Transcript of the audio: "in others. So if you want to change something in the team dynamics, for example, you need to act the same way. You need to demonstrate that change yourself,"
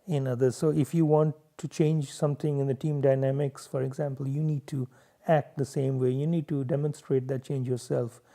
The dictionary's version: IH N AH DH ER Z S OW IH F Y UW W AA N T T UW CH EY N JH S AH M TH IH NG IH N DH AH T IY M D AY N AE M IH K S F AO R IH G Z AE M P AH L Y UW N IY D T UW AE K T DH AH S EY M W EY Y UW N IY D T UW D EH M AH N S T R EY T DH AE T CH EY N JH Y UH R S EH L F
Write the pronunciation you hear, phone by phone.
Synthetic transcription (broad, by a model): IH N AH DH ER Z S OW IH F Y UW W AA N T T UW CH EY N JH S AH M T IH NG IH N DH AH T IY M D AY N AE M IH K S F AO R IH G Z AE M P AH L Y UW N IY D T UW AE K T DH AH S EY M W EY Y UW N IY D T UW D EH M AH N S T R EY T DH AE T CH EY N JH Y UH R S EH L F